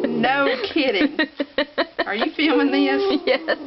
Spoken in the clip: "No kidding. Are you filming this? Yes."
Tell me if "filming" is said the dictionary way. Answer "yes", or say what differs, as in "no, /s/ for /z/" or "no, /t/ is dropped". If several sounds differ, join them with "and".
no, /m/ is dropped